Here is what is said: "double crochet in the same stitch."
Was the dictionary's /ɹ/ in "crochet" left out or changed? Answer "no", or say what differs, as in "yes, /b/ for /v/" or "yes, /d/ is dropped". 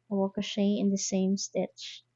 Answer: yes, /ɹ/ is dropped